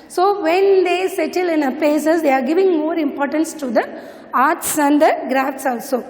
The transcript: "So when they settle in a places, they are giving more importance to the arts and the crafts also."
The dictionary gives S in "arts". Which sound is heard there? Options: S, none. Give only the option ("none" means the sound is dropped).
S